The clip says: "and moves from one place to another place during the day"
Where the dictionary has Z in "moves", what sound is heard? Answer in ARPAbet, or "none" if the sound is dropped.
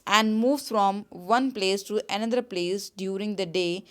none